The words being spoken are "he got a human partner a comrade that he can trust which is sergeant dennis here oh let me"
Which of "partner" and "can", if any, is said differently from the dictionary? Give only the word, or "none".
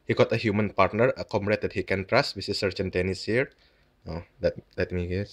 none